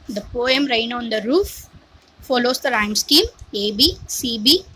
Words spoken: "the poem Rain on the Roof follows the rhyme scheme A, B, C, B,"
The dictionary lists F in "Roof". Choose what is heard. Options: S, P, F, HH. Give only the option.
F